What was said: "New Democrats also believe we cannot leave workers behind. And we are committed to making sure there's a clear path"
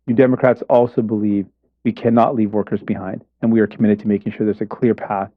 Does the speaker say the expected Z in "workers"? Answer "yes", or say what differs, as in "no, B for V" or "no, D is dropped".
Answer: yes